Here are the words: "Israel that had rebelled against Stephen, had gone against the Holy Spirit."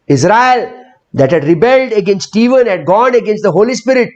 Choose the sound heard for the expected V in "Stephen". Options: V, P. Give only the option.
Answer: V